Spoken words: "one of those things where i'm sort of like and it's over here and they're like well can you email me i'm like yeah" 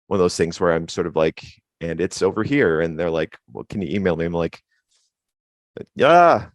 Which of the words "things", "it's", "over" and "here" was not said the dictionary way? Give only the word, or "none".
none